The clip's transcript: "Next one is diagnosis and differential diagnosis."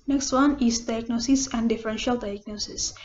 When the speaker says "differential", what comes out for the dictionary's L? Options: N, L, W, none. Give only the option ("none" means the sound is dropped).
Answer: L